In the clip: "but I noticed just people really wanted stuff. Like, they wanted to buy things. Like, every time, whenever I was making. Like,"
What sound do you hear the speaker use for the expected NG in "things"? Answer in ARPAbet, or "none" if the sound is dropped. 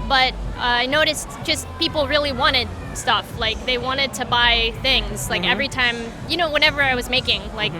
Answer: NG